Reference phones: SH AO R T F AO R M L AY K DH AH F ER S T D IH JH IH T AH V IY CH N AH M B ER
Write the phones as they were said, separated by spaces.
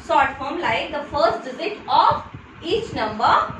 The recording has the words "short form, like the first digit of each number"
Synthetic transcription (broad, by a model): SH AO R T F AO R M L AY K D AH F ER S T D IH Z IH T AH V IY CH N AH M B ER